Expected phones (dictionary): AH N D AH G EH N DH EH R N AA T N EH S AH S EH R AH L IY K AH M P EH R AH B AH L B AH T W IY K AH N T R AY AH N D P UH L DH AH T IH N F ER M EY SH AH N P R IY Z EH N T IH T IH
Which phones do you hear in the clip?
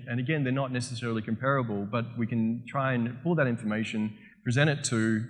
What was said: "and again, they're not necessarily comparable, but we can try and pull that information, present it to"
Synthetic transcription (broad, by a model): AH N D AH G EH N DH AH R N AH T N EH S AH S EH R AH L IY K AH M P EH R AH B AH L B AH T W IY K AH N T R AY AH N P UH L DH AH T IH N F ER M EY SH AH N P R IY Z EH T IH T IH